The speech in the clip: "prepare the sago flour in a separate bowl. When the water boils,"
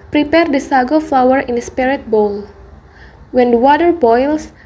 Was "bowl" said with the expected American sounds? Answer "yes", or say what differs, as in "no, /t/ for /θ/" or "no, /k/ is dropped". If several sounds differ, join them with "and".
yes